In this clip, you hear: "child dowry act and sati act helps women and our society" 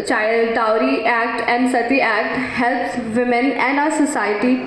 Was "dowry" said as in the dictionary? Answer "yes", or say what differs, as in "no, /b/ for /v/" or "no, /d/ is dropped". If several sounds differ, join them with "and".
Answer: yes